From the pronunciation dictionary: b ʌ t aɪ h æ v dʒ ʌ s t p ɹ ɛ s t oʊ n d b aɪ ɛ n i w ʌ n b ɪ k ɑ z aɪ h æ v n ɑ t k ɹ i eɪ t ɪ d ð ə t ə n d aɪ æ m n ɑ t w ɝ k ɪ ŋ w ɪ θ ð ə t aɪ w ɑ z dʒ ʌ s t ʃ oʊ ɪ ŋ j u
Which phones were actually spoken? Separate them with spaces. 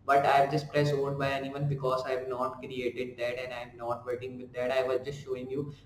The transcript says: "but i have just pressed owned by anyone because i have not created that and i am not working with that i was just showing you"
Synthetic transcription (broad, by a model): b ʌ t aɪ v dʒ ʌ s t p ɹ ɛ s oʊ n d b aɪ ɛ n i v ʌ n b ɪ k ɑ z aɪ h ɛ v n ɑ t k ɹ i eɪ t ɪ d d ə t ə n d aɪ m n ɑ t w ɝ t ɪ ŋ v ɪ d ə t aɪ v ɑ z dʒ ʌ s t ʃ oʊ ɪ ŋ j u